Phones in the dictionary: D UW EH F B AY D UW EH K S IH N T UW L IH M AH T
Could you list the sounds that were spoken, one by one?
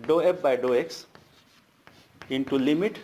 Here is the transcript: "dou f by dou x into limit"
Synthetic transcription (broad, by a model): D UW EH P B AY D UW EH K S IH N T UW L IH M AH T